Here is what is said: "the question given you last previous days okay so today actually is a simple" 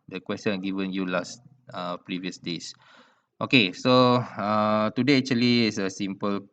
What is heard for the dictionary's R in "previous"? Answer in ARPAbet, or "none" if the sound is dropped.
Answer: R